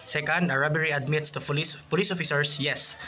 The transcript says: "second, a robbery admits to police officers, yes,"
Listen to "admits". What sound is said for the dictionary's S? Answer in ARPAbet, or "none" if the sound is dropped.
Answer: S